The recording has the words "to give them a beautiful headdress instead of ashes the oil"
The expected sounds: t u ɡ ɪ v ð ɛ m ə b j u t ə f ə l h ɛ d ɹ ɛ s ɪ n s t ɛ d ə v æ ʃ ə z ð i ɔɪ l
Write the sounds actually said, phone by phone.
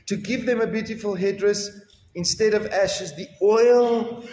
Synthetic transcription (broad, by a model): t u ɡ ɪ v ð ɛ m ə b j u t ə f ə l h ɛ d ɹ ɛ s ɪ n s t ɛ d ə v æ ʃ ə z ð i ɔɪ l